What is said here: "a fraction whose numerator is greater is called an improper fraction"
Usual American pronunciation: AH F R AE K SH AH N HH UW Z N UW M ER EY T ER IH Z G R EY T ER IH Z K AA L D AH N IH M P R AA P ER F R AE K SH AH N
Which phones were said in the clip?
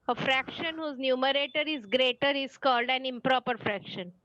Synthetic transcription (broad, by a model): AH F R AE K SH AH N HH UW Z N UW M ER EY T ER IH Z G R EY T ER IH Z K AA L D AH N IH M P R AA P ER F R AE K SH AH N